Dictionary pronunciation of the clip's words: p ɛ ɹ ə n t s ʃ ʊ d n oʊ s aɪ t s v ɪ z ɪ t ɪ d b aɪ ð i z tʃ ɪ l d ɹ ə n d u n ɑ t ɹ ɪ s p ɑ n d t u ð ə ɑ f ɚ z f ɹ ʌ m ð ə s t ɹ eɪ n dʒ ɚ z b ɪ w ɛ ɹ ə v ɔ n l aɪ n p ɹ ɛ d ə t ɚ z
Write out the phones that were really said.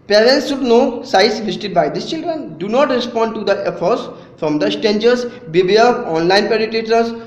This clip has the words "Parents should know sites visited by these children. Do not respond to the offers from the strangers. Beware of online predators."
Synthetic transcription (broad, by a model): p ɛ ɹ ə n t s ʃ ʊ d n oʊ s aɪ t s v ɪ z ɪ t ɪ d b aɪ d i s tʃ ɪ l d ɹ ə n d u n ɑ t ɹ ɪ s p ɑ n d t u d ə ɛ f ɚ s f ɹ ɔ m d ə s t eɪ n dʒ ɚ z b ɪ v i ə ɔ n l aɪ n p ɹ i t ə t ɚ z